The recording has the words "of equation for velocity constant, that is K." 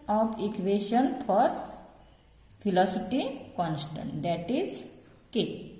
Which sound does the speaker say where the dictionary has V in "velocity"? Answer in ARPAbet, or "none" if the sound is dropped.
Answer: F